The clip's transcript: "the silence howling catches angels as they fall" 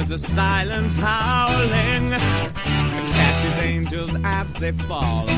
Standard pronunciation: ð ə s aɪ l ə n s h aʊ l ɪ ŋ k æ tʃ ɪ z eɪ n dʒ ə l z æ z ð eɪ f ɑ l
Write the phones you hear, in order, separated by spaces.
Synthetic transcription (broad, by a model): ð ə s aɪ l ə n s h aʊ l ɪ ŋ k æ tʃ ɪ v eɪ n dʒ ə l z æ z ð eɪ f ɑ l